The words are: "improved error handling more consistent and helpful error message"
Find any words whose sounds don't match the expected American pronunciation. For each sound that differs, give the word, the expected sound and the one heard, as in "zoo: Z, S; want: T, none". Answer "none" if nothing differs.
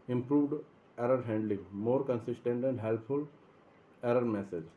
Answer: none